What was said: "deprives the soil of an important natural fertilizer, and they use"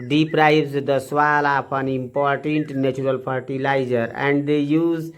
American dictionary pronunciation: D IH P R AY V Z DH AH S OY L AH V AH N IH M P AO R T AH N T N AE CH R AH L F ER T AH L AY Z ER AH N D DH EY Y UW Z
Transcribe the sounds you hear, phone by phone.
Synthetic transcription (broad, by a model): D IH P R AY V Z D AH S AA L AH P AH N IH M P AO R T AH N T N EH CH R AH L P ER T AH L AY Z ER AH N D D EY Y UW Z